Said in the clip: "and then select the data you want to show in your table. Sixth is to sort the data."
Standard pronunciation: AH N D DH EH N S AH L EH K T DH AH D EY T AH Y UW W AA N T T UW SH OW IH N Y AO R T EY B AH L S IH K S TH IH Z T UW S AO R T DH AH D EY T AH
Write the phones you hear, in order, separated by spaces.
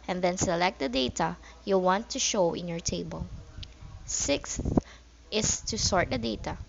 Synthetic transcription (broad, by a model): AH N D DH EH N S AH L EH K T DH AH D EY T AH Y UW W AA N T T UW SH OW IH N Y AO R T EY B AH L S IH K S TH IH S T UW S AO R T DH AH D EY T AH